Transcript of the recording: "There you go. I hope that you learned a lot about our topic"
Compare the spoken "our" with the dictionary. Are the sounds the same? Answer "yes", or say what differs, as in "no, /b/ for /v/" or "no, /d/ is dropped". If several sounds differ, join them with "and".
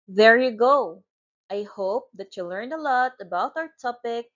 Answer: yes